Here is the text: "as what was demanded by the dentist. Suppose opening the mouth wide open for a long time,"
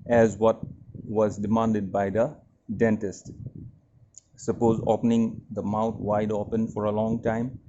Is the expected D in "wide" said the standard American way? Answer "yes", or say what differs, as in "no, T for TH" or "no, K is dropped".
yes